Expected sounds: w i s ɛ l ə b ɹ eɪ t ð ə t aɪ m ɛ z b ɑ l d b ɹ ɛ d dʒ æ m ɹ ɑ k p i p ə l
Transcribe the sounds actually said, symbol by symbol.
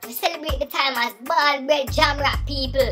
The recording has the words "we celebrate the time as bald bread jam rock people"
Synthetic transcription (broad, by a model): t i s ɛ l ə b ɹ eɪ t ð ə t aɪ m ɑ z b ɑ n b ɛ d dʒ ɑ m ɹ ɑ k p i p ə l